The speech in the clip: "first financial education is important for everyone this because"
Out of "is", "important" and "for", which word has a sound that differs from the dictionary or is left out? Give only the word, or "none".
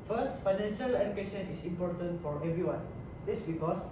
is